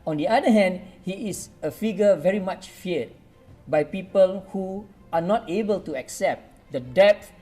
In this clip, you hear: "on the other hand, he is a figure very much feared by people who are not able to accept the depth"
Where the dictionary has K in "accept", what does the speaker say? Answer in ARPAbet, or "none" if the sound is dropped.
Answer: K